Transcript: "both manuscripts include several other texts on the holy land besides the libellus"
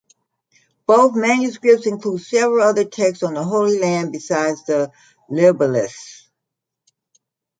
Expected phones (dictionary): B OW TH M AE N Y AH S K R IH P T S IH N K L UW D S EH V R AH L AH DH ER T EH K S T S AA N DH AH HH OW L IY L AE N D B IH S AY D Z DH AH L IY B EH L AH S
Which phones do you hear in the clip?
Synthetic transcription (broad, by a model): B OW TH M AE N Y AH S K R IH P T S IH N K L UW D S EH V R AH L AH DH ER T EH K S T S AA N DH AH HH OW L IY L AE N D B IH S AY D Z DH AH L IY B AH L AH S